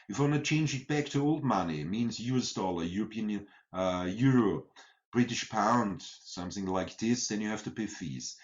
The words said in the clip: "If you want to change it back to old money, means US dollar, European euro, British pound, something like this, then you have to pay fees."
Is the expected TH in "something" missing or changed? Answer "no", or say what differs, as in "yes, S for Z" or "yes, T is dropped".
no